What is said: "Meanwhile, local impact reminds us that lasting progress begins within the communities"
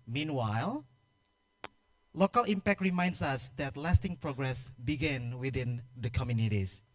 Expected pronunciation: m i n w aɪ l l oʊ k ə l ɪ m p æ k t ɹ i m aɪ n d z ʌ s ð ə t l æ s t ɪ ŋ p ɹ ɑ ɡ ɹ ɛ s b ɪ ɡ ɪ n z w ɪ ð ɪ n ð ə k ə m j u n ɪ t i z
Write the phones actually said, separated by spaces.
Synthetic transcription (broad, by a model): m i n w aɪ l l oʊ k ə l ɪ m p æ k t ɹ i m aɪ n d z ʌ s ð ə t l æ s t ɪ ŋ p ɹ ɑ ɡ ɹ ɛ s b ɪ ɡ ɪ n w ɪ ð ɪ n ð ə k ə m j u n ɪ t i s